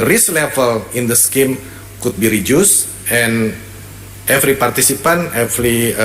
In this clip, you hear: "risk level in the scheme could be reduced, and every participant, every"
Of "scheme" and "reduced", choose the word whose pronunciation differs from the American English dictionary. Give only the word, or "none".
reduced